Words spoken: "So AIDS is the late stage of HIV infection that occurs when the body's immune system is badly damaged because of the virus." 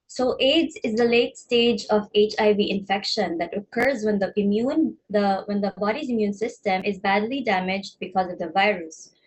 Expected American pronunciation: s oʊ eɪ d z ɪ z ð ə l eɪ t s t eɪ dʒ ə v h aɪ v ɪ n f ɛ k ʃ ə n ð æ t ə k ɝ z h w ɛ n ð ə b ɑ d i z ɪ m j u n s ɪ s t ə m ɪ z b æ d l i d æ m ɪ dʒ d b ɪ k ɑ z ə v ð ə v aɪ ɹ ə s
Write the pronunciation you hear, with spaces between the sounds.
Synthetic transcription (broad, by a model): s oʊ eɪ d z ɪ z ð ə l eɪ t s t eɪ dʒ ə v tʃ aɪ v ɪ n f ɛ k ʃ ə n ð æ t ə k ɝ z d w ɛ n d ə b ɑ d i z ɪ m j u n s ɪ s t ə m ɪ z b æ d l i d æ m ɪ dʒ d b ɪ k ɑ z ə v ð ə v aɪ ɹ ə s